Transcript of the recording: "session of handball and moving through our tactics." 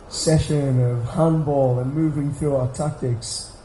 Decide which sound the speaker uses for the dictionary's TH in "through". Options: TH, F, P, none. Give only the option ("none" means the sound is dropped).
TH